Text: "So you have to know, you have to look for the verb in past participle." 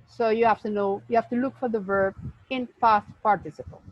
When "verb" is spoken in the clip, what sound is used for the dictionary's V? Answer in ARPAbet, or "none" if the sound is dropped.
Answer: V